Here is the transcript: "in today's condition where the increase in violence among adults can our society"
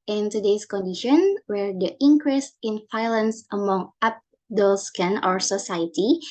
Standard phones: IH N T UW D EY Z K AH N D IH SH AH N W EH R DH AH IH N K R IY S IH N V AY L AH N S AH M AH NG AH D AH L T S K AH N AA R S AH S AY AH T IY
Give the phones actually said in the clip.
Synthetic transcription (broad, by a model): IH N T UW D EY S K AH N D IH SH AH N W EH R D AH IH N K R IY S IH N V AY L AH N S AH M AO NG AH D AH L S K AH N AA R S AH S AY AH T IY